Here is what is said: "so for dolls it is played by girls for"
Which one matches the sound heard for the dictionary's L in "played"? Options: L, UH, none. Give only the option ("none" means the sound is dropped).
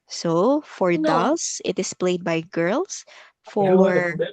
L